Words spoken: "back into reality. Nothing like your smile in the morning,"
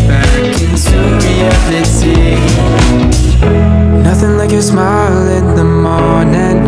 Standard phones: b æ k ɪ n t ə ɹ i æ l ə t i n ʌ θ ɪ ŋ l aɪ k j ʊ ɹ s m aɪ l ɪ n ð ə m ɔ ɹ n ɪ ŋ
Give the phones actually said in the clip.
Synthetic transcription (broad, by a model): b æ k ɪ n s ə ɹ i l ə s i n ʌ θ ɪ ŋ l aɪ k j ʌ ɹ s m aɪ l ɪ n ð ə m ɔ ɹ n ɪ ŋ